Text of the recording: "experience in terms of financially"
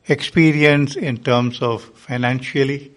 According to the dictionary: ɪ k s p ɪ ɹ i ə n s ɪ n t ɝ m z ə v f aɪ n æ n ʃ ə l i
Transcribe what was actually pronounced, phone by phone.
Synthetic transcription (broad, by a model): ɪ k s p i ɹ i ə n s ɪ n t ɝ m s ə v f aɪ n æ n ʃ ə l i